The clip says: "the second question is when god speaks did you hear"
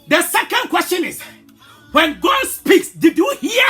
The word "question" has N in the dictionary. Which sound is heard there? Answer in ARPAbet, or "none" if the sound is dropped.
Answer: N